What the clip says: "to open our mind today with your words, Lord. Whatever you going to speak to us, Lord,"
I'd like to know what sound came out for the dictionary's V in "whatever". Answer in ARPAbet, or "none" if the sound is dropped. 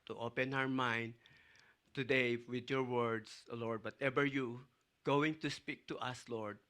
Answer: B